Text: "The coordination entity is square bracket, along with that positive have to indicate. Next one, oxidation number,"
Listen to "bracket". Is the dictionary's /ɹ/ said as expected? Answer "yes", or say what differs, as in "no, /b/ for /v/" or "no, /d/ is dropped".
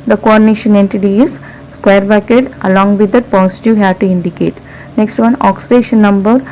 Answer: no, /ɹ/ is dropped